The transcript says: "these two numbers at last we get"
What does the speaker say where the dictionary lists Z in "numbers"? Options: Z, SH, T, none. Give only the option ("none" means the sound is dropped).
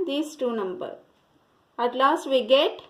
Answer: none